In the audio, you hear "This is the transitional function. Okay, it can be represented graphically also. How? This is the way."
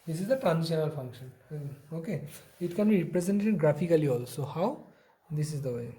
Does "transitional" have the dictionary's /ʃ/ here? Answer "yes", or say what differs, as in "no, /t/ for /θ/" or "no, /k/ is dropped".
no, /ʃ/ is dropped